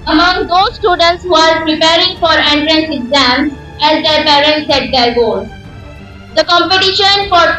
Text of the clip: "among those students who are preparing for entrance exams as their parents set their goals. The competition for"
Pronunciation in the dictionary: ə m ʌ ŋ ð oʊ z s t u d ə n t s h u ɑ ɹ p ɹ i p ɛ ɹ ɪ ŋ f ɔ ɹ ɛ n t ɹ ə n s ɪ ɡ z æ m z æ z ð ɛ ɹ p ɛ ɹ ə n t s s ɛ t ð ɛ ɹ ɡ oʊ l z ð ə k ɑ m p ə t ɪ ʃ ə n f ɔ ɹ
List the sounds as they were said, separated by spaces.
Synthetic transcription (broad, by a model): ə m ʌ ŋ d oʊ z s t u d ə n t s h u ɑ ɹ p ɹ i p ɛ ɹ ɪ ŋ f ɔ ɹ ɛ n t ɹ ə n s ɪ ɡ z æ m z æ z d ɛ ɹ p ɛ ɹ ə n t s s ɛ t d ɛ ɹ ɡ oʊ z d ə k ɑ m p ə t ɪ ʃ ə n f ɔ ɹ